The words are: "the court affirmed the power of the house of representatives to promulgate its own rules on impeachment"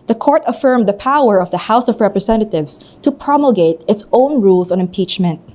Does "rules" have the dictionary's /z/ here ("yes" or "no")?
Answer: no